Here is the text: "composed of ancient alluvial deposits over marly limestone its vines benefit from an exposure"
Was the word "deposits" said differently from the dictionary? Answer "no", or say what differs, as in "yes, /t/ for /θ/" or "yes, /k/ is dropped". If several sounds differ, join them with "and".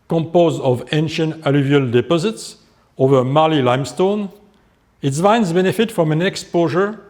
no